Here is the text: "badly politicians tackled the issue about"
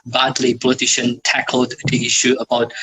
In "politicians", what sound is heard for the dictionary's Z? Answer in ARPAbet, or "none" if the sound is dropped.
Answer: none